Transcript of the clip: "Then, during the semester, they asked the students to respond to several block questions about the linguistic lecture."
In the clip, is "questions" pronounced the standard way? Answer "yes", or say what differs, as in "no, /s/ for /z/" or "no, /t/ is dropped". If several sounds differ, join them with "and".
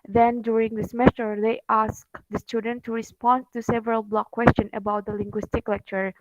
no, /z/ is dropped